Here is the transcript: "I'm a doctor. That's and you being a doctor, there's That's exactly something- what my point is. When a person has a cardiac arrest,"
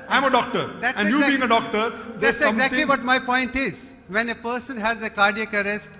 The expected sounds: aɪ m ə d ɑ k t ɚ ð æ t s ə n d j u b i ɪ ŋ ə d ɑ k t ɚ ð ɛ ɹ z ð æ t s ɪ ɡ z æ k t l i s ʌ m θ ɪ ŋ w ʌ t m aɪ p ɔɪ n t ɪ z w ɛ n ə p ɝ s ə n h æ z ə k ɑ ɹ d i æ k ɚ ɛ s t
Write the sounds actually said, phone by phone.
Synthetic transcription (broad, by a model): aɪ m ə d ɑ k t ɚ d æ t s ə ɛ j u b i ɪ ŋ ə d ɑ k t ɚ ɹ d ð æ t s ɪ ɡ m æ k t l i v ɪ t m aɪ p ɔɪ n t ɪ z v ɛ n ə p ɝ s ə n h æ z ə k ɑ ɹ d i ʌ k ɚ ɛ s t